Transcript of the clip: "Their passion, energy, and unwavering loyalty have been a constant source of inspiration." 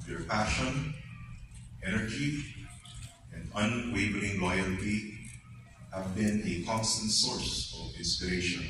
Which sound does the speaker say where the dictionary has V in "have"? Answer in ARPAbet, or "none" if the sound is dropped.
V